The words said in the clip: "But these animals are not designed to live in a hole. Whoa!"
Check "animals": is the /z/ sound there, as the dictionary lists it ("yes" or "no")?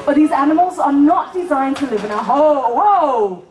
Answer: yes